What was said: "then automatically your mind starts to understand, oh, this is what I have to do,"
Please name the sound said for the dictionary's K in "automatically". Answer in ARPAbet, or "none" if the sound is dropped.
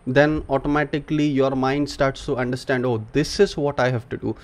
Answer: K